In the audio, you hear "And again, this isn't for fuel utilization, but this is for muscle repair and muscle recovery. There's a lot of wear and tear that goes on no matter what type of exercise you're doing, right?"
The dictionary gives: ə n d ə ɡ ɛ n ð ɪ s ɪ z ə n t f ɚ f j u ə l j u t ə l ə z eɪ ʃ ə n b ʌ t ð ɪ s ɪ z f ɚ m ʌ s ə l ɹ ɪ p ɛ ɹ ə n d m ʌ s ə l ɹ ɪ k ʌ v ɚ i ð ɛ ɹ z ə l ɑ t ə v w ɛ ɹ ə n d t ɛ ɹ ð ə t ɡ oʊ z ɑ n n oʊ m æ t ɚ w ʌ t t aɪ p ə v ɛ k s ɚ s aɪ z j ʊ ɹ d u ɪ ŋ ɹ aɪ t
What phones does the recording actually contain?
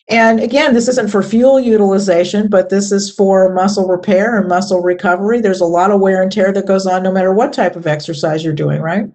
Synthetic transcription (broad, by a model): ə n ə ɡ ɛ n ð ɪ s ɪ z ə n t f ɚ f j u l j u t ə l ə z eɪ ʃ ə n b ʌ t ð ɪ s ɪ z f ɚ m ʌ s l ɹ ɪ p ɛ ɹ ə n m ʌ s l ɹ ɪ k ʌ v ɚ i ð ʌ ɹ z ə l ɑ t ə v w ɛ ɹ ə n t ɛ ɹ ð ə t ɡ oʊ z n n oʊ m æ t ɚ w ʌ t t aɪ p ə v ɛ k s ɚ s aɪ z j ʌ ɹ d u ɪ ŋ ɹ aɪ t